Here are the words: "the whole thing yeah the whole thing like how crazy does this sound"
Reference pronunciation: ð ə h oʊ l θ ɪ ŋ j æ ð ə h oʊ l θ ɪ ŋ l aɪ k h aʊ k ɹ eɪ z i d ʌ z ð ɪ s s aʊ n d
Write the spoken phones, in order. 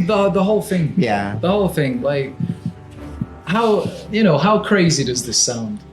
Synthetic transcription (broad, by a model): ð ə h oʊ l θ ɪ ŋ j æ ð ə h oʊ l θ ɪ ŋ l aɪ k h aʊ k ɹ eɪ z i d ʌ z ð ɪ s s aʊ n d